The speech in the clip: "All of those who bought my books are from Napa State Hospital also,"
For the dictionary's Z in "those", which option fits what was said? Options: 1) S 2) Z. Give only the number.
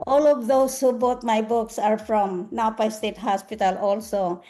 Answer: 1